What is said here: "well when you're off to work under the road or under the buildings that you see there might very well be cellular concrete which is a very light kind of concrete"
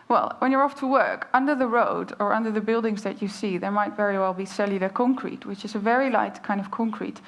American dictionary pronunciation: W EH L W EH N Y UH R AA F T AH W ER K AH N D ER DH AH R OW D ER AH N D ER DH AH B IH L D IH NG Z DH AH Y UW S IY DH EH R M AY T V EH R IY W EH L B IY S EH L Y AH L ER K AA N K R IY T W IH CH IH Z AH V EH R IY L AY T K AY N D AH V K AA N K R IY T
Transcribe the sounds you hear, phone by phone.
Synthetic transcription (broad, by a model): W EH L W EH N Y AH R AA F T AH W ER K AH N D ER DH AH R OW D ER AH N D ER DH AH B IH L D IH NG Z DH AH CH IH S IY DH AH R M AY T V EH R IY W EH L B IY S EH L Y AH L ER K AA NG K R IY T W IH CH IH Z AH V EH R IY L AY T K AY N D AH V K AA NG K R IY T